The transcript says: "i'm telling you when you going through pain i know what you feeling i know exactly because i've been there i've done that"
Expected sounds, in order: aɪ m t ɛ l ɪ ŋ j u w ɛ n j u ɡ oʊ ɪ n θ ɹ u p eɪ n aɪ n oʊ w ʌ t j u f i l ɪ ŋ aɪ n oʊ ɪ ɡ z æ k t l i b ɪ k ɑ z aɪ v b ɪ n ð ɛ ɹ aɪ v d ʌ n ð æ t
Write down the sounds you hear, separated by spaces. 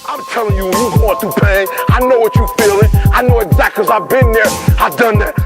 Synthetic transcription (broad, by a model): aɪ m t ɛ l ɪ ŋ j u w j u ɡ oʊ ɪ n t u p eɪ aɪ n oʊ w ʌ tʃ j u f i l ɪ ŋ aɪ n oʊ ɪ ɡ z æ k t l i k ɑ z aɪ v b ɪ n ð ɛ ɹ aɪ v d ʌ n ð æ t